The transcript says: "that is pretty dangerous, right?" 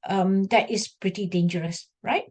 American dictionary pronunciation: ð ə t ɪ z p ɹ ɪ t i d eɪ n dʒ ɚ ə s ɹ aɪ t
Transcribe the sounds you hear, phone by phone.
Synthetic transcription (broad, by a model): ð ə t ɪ s p ɹ ɪ t i d eɪ n dʒ ɚ ə s ɹ aɪ t